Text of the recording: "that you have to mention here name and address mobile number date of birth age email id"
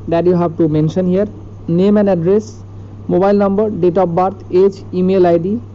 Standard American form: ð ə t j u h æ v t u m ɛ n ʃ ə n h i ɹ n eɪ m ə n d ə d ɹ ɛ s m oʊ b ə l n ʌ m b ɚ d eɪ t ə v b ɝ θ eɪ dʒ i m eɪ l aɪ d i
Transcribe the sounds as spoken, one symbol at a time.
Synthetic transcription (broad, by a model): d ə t j u h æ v t u m ɛ n ʃ ə n h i ɹ n eɪ m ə n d ə d ɹ ɛ s m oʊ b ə l n ʌ m b ɚ d eɪ t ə p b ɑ t eɪ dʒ i m eɪ l aɪ d i